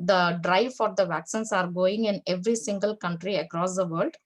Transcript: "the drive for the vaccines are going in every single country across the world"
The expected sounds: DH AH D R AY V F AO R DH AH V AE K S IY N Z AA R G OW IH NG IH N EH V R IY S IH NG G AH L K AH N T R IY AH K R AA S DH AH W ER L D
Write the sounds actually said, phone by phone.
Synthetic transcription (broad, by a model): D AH D R AY V F AO R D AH V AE K S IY N S AA R G OW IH NG IH N EH V R IY S IH NG G AH L K AH N T R IY AH K R AA S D AH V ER L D